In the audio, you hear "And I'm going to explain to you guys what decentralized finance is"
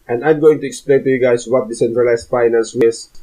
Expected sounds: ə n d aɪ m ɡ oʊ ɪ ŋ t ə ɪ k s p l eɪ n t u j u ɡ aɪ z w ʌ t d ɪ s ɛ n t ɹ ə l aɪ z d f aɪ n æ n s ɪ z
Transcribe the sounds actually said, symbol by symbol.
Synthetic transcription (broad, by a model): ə n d aɪ m ɡ oʊ ɪ ŋ t ə ɪ k s p l eɪ n t u j u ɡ aɪ s w ʌ t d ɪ s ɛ n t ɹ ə l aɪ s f aɪ n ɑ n s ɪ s